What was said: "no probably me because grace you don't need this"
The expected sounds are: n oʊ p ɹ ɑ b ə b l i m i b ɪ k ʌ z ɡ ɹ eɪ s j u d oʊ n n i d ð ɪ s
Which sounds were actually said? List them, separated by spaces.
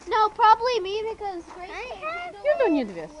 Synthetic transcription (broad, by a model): n oʊ p ɹ ɑ b ə b l i m i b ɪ k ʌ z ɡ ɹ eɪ j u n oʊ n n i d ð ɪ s